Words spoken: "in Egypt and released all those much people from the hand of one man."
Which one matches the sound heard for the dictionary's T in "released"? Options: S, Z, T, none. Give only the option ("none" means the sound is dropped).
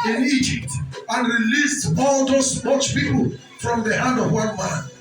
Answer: T